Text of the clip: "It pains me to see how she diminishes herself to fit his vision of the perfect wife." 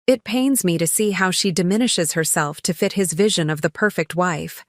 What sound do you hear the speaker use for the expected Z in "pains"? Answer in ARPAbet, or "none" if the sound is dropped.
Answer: Z